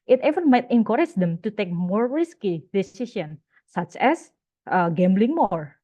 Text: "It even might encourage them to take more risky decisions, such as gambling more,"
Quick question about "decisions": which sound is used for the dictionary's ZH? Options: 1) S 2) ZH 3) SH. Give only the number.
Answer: 1